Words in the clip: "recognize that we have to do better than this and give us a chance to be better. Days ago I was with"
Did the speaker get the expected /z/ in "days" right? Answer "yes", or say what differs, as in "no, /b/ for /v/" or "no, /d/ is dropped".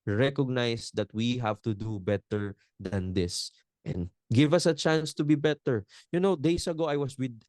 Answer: no, /s/ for /z/